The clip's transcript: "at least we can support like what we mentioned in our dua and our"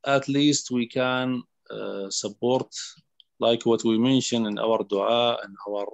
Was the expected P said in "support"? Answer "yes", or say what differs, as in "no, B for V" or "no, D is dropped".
no, B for P